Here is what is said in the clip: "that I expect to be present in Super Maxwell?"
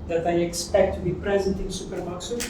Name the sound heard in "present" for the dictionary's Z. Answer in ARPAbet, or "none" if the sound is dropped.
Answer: Z